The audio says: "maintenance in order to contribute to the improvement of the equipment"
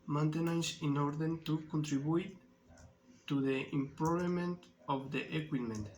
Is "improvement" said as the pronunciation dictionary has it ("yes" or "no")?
no